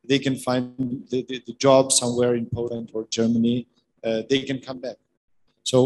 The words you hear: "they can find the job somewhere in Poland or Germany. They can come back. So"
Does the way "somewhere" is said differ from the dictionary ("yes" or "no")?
no